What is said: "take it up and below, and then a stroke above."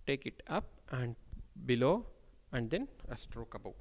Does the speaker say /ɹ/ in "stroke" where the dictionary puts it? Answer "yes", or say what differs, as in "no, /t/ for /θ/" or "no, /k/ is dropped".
yes